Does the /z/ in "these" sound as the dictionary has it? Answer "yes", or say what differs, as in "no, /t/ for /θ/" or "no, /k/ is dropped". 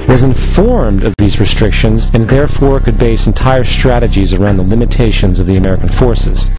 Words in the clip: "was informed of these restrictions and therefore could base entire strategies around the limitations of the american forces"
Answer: yes